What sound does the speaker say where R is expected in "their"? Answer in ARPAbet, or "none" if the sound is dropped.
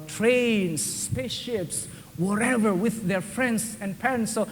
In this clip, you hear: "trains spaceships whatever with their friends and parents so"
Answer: R